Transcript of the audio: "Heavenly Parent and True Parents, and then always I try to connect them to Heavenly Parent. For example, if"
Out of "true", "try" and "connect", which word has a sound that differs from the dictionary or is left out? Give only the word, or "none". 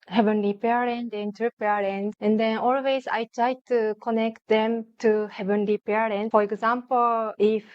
true